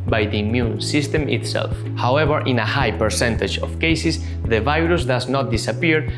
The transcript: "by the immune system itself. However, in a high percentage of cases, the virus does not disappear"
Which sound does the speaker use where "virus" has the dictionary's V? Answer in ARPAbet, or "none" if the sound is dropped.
V